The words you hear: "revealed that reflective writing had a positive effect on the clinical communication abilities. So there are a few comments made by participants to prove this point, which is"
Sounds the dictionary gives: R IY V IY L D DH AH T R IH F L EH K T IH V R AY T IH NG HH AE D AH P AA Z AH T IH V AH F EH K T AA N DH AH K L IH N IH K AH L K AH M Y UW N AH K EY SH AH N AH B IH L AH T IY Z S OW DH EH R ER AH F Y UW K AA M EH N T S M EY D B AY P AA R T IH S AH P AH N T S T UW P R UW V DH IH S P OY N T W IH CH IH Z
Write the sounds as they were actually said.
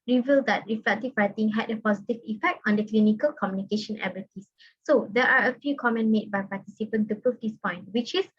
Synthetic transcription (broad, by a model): R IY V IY L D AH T R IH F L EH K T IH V R AY T IH NG HH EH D AH P AA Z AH T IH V AH F EH K T AA N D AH K L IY N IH K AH L K AH M Y UW N AH K EY SH AH N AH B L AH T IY S OW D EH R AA AH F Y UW K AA M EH N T M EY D B AY P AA T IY S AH P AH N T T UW P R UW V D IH S P OY N T W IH CH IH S